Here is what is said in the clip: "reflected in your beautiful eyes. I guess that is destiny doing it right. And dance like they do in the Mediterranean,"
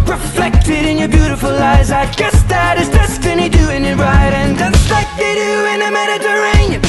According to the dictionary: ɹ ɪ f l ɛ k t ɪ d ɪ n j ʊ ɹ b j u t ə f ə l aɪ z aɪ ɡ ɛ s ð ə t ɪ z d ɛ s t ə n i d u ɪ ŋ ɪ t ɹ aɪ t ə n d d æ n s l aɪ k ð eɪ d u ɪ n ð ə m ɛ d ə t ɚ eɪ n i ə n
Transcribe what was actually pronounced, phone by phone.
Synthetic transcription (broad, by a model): ɹ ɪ f l ɛ k t ɪ d ɪ n j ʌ ɹ b j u t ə f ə l aɪ z aɪ ɡ ɛ s ð ə t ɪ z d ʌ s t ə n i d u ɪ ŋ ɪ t ɹ aɪ t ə n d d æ s l aɪ k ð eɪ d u ɪ n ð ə m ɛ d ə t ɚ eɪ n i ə